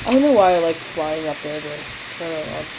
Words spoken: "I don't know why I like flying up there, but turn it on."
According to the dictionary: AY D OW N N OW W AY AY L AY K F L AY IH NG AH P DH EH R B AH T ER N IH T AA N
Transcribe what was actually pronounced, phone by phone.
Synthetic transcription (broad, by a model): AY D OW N N OW W AY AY L AY K F L AY IH NG AH P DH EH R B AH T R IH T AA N